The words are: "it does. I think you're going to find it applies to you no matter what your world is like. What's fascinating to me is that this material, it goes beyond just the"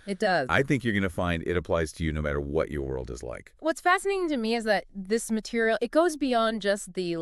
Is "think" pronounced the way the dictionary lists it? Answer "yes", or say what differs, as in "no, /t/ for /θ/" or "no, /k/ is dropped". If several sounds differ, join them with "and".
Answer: yes